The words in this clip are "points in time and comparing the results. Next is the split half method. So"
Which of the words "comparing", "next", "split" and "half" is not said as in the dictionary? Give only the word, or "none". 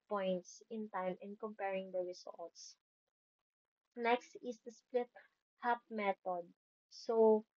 half